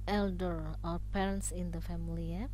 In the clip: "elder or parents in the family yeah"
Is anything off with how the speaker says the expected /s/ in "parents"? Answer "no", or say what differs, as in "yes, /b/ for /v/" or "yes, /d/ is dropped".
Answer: no